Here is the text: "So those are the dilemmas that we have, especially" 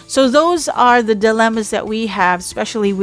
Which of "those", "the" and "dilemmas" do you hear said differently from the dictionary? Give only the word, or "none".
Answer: none